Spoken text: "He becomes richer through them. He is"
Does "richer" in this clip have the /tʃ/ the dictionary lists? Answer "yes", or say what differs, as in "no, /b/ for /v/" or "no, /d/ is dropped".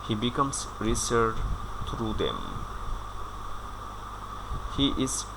no, /s/ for /tʃ/